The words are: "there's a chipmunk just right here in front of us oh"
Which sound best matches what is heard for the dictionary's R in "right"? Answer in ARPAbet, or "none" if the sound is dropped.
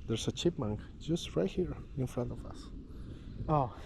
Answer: R